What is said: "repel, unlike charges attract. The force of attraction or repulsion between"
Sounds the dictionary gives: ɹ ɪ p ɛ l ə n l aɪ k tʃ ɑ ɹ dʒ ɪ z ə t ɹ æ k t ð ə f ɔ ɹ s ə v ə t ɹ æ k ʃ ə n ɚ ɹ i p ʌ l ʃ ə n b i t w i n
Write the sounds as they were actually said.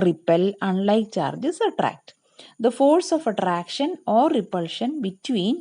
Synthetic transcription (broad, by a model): ɹ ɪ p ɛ l ə n l aɪ k tʃ ɑ ɹ dʒ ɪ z ə t ɹ æ k t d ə f ɔ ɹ s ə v ə t ɹ æ k ʃ ə n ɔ ɹ i p ʌ l ʃ ə n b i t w i n